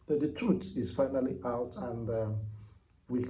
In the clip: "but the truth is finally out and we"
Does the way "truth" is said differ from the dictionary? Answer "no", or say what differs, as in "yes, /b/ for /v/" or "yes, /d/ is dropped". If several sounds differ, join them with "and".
yes, /t/ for /θ/